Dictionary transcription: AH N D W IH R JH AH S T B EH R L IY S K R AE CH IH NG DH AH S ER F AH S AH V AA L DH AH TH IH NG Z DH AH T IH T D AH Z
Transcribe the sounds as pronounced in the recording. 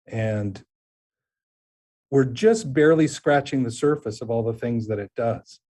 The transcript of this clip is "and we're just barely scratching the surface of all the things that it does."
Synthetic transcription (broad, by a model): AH N W IH R JH AH S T B EH R L IY S K R AE CH IH NG DH AH S ER F AH S AH V AA L DH AH TH IH NG Z DH AH T IH T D AH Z